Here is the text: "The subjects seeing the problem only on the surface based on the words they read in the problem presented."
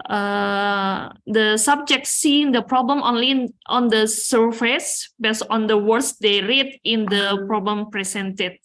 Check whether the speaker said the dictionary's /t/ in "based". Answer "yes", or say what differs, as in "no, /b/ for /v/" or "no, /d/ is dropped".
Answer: no, /t/ is dropped